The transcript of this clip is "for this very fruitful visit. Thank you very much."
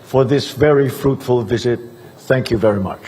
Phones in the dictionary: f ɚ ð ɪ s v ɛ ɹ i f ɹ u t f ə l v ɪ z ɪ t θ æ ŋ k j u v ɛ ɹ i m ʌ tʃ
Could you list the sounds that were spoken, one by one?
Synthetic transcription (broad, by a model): f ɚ ð ɪ s v ɛ ɹ i f ɹ u t f ə l v ɪ z ɪ t θ æ ŋ k j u v ɛ ɹ i m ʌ tʃ